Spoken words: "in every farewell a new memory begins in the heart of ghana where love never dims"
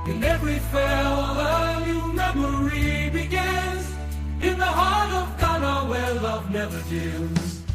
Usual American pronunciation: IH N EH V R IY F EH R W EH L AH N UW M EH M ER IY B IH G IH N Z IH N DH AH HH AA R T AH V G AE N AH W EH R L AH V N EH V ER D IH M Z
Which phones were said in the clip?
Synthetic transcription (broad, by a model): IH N EH V R IY F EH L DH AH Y AH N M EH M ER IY B IH G IH N Z IH N DH AH HH AA R T AH V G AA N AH W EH L AH V N EH V ER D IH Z